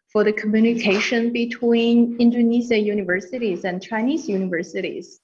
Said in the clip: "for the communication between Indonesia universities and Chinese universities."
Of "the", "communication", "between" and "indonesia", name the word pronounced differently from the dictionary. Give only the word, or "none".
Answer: indonesia